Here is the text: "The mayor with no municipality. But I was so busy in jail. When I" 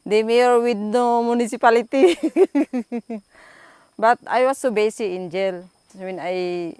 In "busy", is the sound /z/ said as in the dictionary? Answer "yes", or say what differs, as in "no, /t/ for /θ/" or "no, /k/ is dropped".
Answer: no, /s/ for /z/